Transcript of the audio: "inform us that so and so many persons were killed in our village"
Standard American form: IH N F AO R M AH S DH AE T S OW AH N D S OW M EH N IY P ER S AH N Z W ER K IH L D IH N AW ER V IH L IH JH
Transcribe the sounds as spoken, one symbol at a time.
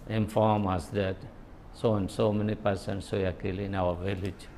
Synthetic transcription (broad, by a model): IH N F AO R M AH S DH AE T S OW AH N S OW M EH N IY P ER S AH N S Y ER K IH L IH N AW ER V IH L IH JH